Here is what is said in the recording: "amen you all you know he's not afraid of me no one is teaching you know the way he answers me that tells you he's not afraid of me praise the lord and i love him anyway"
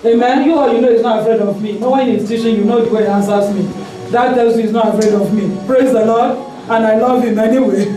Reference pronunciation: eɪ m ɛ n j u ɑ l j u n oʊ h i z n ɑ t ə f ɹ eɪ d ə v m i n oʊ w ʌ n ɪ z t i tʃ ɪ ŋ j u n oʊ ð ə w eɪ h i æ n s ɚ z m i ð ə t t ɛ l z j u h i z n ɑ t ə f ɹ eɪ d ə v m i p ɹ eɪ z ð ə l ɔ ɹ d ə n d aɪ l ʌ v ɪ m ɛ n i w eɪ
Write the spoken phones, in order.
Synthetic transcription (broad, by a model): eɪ m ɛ n j u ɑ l j u n oʊ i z n ɑ t ə f ɹ eɪ d ə v m i n oʊ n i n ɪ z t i ʃ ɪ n j u n oʊ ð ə w eɪ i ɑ n s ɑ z m i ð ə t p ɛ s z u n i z n ɑ t ə f ɹ eɪ d ə v m i p ɹ eɪ z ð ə l ɔ d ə n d aɪ l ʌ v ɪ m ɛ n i w eɪ